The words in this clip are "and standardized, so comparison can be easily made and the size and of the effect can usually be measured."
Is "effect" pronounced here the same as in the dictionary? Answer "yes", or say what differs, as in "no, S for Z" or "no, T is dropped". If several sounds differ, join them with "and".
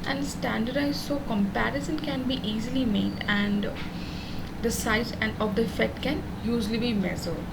no, K is dropped